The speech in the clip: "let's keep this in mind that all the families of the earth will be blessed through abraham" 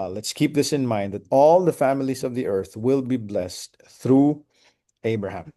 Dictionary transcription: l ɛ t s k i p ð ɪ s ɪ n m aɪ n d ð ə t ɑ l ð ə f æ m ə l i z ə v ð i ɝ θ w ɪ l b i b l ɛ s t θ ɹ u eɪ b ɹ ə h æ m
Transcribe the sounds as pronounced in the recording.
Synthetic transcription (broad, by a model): l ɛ t s k i p ð ɪ s ɪ n m aɪ n d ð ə t ɑ l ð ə f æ m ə l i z ə v ð i ɝ θ w ɪ l b i b l ɛ s t θ ɹ u eɪ b ɹ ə h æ m